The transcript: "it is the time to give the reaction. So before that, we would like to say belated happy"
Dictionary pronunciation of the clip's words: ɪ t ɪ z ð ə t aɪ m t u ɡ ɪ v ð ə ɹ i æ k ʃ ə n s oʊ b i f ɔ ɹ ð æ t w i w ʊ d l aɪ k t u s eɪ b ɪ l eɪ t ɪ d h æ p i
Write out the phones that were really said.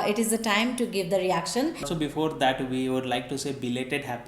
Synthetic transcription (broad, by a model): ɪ t ɪ z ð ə t aɪ m t u ɡ ɪ v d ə ɹ i æ k ʃ ə n s oʊ b i f ɔ ɹ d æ t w i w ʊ d l aɪ k t u s eɪ b ɪ l eɪ t ɪ d h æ p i